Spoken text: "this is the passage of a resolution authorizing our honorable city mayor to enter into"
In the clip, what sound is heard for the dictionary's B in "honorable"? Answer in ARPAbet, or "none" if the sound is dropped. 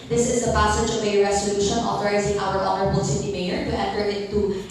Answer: B